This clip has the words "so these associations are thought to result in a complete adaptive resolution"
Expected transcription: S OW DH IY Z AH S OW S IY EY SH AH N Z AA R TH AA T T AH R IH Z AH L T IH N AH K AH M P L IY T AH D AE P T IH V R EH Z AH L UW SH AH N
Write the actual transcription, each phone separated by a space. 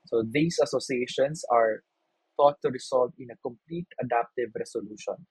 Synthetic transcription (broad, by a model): S OW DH IY S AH S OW S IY EY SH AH N S AA R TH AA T T AH R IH S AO L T IH N AH K AH M P L IY T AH D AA P T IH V R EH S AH L UW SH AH N